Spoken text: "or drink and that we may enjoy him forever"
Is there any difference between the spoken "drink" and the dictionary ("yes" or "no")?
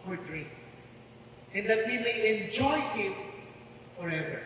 yes